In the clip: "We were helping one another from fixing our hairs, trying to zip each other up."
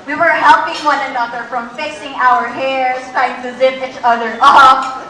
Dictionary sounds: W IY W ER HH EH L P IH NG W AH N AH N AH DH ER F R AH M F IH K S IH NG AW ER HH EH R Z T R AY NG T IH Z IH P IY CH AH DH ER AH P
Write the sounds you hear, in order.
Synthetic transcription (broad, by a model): W IY W ER HH EH L P IH NG W AH N AH N AH DH ER F R AH M F IH S IH NG AW ER HH EH R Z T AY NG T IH Z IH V IY CH AH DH ER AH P